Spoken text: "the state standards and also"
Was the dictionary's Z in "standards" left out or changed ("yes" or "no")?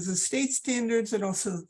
no